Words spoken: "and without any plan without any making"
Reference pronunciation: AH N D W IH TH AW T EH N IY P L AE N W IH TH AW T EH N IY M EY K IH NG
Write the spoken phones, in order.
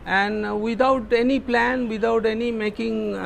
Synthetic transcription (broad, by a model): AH N D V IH T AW T EH N IY P L AE N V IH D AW T EH N IY M EY K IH NG